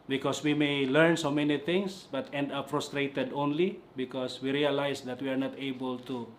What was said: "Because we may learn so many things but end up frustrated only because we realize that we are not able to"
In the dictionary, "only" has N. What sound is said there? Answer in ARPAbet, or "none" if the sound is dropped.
N